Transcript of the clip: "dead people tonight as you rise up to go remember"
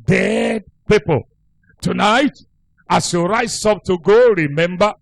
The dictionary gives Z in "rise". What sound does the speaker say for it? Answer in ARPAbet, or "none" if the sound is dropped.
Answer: none